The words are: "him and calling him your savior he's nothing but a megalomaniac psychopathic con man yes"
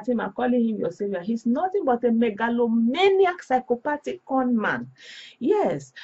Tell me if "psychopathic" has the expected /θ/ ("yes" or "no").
no